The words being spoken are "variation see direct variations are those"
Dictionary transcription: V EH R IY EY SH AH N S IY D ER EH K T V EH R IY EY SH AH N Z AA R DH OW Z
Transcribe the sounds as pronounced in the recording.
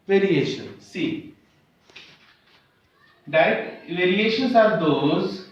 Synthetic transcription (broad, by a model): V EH R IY EY SH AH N S IY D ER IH T V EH R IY EY SH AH N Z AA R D OW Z